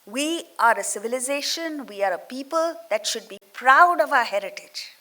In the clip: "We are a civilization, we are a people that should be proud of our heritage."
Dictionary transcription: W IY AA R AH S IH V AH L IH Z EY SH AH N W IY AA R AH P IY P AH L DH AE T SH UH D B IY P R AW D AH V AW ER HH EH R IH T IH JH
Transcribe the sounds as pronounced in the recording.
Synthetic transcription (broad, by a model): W IY AA R AH S IH V AH L IH Z EY SH AH N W IY AA R AH P IY P AH L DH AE T SH UH D B IY P R AW D AH V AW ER HH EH R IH T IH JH